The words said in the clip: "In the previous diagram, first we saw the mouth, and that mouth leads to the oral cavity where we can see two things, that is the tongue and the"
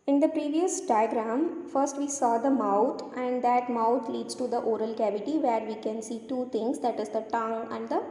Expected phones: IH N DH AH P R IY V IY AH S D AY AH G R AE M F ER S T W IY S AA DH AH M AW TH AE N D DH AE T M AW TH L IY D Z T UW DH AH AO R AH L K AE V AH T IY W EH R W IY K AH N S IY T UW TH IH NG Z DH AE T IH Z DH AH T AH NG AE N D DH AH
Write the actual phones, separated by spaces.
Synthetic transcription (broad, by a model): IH N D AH P R IY V IY AH S D AY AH G R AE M F ER S T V IY S AA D AH M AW T AE N D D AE T M AW T L IY D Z T UW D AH AO R AH L K AE V AH T IY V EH R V IY K AH N S IY T UW T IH NG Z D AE T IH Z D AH T AH NG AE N D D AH